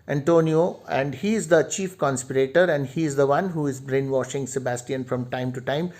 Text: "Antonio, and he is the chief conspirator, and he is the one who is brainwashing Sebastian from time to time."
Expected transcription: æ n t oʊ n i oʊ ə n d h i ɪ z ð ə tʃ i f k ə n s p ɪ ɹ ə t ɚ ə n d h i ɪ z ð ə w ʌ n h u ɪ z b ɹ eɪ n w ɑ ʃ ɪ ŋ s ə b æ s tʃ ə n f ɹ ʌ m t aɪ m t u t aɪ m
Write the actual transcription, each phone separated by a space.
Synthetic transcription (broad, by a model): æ n t oʊ n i oʊ ə n d h i ɪ z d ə tʃ i f k ə n s p ɪ ɹ ə t ɚ ə n d h i ɪ z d ə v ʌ n h u ɪ z b ɹ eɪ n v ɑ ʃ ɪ ŋ s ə b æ s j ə n f ɹ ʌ m t aɪ m t u t aɪ m